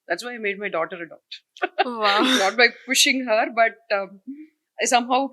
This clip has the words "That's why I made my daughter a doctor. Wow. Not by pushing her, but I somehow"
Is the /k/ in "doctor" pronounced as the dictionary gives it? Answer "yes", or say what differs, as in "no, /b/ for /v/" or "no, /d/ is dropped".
no, /k/ is dropped